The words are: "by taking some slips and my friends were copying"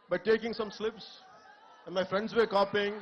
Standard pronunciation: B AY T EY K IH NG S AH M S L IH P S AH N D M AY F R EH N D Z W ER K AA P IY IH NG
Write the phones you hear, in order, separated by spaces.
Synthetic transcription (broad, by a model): B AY T EY K IH NG S AH M S L IH P S AH N D M AY F R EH N D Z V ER K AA P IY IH NG